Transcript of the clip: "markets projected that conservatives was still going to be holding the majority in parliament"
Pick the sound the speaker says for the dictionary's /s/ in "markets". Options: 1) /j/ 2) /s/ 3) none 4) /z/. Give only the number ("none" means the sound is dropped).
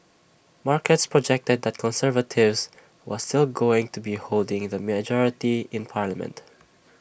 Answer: 2